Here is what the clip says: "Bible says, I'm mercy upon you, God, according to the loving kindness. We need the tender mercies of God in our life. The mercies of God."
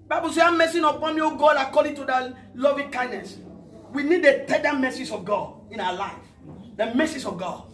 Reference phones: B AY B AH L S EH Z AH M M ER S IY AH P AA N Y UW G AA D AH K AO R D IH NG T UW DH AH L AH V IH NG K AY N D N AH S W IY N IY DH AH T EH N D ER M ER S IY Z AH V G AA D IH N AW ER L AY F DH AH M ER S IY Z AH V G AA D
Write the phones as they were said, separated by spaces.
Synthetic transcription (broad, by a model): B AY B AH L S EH AH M M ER S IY AH P AA N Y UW G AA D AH K AO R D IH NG T UW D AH L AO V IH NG K AY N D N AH S W IY N IY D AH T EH D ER M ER S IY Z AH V G AA D IH N AW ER L AY F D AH M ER S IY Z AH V G AA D